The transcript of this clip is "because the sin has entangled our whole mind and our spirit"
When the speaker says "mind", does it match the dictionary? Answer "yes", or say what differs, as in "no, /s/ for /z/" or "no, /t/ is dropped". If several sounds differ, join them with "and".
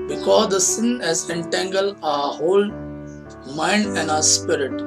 yes